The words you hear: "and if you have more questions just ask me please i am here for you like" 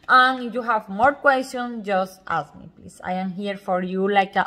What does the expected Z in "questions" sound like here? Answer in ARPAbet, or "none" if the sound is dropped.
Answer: S